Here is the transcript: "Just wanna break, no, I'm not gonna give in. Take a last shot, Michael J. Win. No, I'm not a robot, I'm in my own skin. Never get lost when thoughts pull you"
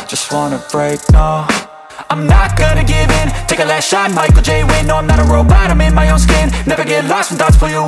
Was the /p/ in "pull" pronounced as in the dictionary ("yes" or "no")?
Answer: no